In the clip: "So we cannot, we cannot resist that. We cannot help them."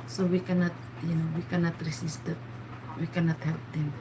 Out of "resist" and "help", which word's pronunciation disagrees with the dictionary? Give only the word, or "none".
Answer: resist